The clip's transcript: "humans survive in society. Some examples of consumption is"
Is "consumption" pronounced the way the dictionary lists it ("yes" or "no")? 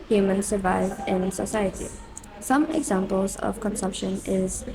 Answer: yes